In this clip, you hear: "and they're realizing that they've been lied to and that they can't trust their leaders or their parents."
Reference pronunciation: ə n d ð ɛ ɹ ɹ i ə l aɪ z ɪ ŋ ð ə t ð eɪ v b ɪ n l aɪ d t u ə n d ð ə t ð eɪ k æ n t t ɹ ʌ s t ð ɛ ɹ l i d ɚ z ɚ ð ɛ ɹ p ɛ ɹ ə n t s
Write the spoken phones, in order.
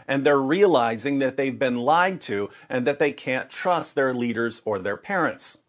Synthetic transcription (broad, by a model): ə n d ð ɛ ɹ ɹ i ə l aɪ z ɪ ŋ ð ə t ð eɪ v b ɪ n l aɪ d t u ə n ð ə t ð eɪ k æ n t t ɹ ʌ s t ð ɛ ɹ l i d ɚ z ɚ ð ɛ ɹ p ɛ ɹ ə n t s